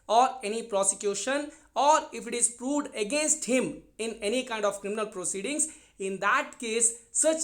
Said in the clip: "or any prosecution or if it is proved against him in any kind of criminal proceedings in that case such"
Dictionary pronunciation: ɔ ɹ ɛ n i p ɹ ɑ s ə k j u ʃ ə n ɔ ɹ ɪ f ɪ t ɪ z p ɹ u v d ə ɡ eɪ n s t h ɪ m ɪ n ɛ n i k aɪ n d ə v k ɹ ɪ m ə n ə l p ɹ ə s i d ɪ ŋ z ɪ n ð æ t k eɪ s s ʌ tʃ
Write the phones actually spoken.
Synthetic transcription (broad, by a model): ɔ ɹ ɛ n i p ɹ ɑ s ə k j u ʃ ə n ɔ ɹ ɪ f ɪ t ɪ z p ɹ u v d ə ɡ eɪ n s t h ɪ m ɪ n ɛ n i k aɪ n d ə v k ɹ ɪ m ə n ə l p ɹ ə s i d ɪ ŋ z ɪ n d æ t k eɪ s s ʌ tʃ